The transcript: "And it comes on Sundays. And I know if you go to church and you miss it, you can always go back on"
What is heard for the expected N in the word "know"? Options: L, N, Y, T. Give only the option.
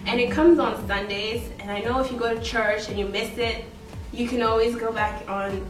N